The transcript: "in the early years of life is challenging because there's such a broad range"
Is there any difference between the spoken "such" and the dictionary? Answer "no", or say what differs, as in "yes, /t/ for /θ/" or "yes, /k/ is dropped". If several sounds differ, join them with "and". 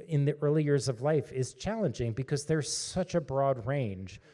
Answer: no